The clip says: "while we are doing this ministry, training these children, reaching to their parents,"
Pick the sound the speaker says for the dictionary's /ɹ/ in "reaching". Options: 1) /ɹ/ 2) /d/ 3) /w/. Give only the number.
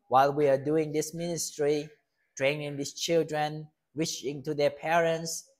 3